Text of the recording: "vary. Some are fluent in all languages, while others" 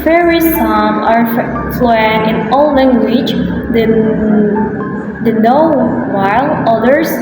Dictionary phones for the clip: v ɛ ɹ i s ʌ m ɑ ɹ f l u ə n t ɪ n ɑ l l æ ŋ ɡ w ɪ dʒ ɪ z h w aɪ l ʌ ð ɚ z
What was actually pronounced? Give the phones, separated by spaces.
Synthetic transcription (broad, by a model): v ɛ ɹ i s ʌ m ɑ ɹ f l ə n ɪ n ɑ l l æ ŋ ɡ w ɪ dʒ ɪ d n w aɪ l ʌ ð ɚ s